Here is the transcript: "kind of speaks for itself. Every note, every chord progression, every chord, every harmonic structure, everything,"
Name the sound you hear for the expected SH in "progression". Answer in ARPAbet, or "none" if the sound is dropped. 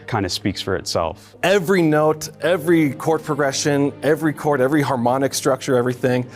SH